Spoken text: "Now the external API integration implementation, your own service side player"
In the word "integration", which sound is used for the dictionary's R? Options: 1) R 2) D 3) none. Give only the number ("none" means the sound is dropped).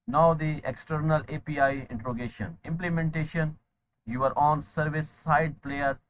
3